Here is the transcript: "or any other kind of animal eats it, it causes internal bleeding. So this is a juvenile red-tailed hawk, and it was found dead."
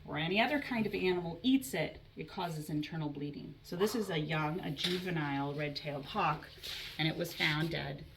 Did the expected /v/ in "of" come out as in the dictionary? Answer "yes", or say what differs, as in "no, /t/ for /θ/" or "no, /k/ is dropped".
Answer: yes